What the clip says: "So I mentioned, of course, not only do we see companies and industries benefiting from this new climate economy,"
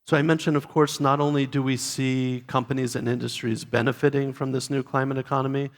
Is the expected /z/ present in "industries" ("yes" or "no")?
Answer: yes